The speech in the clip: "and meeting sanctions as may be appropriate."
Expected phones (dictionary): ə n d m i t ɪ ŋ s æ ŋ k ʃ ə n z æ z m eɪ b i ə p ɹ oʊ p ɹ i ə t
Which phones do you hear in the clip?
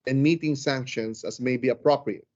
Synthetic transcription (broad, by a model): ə n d m i t ɪ ŋ s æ ŋ k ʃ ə n s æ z m eɪ b i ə p ɹ oʊ p ɹ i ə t